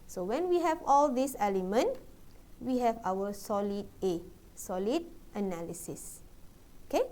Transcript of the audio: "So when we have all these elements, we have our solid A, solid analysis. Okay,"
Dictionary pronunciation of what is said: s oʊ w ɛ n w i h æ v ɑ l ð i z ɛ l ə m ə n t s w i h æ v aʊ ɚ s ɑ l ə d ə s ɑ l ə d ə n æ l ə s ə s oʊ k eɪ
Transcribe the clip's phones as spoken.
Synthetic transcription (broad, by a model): s oʊ w ɛ n w i h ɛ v ɑ l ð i s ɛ l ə m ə n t w i h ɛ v aʊ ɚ s ɑ l ə d ə s ɑ l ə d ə n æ l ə s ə s oʊ k eɪ